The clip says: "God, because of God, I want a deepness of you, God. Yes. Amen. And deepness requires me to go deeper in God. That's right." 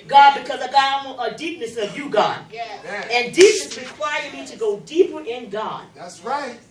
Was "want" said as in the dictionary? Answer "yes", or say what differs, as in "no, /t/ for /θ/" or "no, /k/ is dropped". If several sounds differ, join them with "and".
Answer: no, /n/ is dropped